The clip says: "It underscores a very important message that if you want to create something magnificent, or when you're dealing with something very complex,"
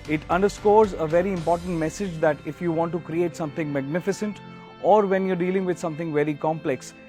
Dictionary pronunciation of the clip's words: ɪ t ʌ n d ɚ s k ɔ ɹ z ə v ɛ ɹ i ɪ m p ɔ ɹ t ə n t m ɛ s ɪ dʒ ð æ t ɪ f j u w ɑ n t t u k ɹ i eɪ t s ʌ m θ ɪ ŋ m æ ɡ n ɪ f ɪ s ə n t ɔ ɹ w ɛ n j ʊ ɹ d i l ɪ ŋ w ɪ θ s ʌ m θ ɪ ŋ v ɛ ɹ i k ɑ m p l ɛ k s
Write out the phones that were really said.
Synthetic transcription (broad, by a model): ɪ t ʌ n d ɚ s k ɔ ɹ z ə v ɛ ɹ i ɪ m p ɔ ɹ t ə n t m ɛ s ɪ dʒ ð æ t ɪ f j u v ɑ n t t u k ɹ i eɪ t s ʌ m t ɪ ŋ m æ ɡ n ɪ f ɪ s ə n t ɔ ɹ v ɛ n j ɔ ɹ d i l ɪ ŋ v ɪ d s ʌ m t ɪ ŋ v ɛ ɹ i k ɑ m p l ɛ k s